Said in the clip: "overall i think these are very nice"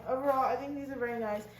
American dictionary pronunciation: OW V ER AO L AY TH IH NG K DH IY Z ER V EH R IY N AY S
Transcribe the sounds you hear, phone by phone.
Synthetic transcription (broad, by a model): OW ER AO AY TH IH NG K DH IY Z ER V EH R IY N AY S